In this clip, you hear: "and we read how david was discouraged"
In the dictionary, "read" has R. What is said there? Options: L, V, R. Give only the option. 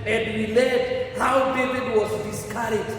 L